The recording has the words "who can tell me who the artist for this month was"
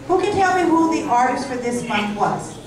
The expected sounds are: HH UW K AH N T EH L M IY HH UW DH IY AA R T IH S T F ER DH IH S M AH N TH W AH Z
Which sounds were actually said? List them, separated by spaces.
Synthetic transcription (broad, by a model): HH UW K AH N T EH L M IY HH UW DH IY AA R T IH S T F ER DH IH S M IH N T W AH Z